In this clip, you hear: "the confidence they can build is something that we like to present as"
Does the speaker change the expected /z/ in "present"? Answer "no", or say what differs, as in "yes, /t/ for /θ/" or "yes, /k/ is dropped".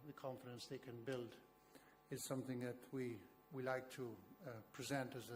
no